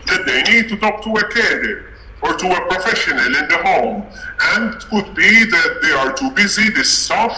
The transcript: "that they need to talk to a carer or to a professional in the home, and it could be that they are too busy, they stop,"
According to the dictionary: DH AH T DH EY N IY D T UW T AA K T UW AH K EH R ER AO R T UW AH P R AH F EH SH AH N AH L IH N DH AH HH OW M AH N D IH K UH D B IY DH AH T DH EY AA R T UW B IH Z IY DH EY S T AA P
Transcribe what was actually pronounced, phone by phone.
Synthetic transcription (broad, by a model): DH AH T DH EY N IY D T UW T AA K T UW AH K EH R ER AO R T UW AH P R AH F EH SH AH N AH L IH N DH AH HH OW M AH N D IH K UH D B IY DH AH T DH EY AA R T UW B IH Z IY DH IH S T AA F